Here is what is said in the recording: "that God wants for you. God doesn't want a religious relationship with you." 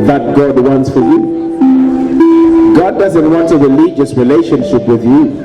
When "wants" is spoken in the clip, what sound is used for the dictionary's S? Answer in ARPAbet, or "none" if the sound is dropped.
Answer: S